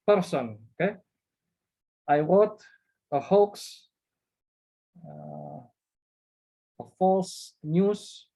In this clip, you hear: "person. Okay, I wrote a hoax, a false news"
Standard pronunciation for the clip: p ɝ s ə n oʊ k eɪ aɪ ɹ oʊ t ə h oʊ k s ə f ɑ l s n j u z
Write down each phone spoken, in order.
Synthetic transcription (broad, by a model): p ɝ s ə n oʊ k eɪ aɪ w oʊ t ə h oʊ k s ə f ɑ s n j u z